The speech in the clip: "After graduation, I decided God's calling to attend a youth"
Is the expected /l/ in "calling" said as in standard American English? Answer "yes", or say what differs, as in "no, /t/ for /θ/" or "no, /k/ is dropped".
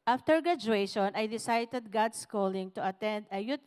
yes